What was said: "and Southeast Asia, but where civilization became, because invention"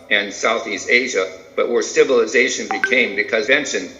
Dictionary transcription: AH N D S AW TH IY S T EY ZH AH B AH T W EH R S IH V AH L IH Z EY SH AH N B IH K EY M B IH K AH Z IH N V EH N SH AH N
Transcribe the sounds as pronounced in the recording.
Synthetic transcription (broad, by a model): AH N S AW TH IY S T EY ZH AH B AH T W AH R S IH V AH L IH Z EY SH AH N B IH K EY M B IH K AH Z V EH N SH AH N